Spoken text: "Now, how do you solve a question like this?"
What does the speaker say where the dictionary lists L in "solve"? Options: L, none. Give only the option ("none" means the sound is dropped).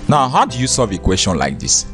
none